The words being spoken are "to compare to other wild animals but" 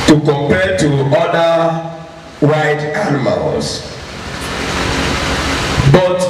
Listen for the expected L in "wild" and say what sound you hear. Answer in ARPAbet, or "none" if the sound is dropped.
none